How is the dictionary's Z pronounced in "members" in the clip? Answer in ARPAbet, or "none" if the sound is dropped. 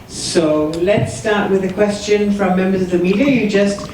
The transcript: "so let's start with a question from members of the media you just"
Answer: Z